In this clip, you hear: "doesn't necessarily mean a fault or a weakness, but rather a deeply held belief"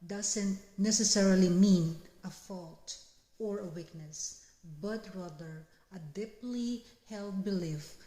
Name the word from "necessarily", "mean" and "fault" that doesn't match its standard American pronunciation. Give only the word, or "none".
none